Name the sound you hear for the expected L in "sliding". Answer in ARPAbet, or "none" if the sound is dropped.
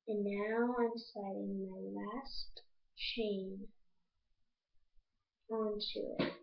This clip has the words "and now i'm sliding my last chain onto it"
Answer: none